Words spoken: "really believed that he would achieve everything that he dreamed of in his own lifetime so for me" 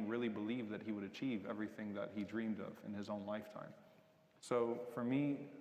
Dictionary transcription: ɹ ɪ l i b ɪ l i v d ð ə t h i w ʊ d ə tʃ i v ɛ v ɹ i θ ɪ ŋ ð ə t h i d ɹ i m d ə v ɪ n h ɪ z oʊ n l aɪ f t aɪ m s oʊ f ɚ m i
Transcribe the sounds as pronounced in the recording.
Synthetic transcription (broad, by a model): ɹ ɪ l i b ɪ l i v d ð ə t h i w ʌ d ə tʃ i v ɛ v ɹ i θ ɪ ŋ ð ə t h i d ɹ i m d ə v ɪ n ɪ z oʊ n l aɪ f t aɪ m s oʊ f ɚ m i